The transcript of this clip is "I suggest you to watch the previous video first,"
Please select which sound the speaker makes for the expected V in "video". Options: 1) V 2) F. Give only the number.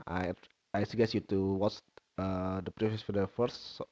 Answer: 2